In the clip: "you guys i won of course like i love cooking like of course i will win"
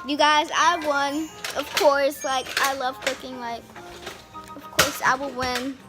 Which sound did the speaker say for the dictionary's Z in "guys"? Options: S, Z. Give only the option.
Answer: Z